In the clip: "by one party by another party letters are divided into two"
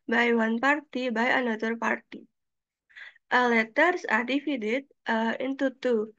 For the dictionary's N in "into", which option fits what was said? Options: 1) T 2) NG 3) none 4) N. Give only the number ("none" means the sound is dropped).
4